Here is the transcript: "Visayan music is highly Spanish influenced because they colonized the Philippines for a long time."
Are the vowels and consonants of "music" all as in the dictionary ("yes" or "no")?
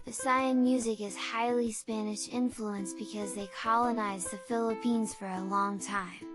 yes